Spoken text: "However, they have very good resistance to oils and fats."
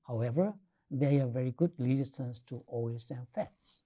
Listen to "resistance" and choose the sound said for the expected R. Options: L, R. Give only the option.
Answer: L